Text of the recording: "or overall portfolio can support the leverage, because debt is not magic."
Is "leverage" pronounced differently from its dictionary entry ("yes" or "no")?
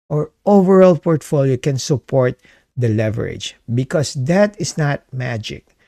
no